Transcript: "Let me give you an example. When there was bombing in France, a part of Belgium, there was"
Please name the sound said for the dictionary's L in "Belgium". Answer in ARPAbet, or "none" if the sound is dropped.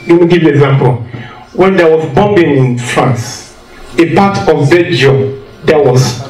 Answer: none